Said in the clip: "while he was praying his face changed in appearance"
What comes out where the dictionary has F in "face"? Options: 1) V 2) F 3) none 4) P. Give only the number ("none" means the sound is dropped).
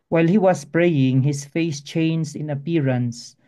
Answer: 2